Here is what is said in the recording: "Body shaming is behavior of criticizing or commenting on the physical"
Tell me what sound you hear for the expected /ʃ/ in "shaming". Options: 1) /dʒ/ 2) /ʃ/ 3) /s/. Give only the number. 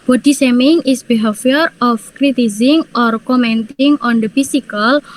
3